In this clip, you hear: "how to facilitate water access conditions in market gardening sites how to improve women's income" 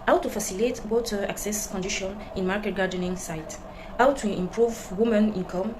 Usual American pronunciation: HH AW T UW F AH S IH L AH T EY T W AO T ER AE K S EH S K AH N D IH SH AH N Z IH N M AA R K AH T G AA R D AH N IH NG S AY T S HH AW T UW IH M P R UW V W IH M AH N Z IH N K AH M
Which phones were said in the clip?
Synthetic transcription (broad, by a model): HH AW T UW F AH S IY L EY T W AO T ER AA K S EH S K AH N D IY SH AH N IH N M AA R K AH T G AA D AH N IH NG S AY T HH AW T UW IH M P R UW V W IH M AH N IH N K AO M